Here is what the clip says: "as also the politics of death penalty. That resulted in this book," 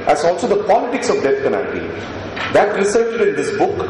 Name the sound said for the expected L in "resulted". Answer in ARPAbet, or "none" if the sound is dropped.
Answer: none